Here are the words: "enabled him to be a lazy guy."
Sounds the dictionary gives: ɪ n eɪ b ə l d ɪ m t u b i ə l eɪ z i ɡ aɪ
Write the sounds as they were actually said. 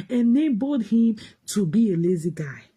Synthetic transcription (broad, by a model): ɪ n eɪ b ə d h ɪ m t u b i ə l eɪ z i ɡ aɪ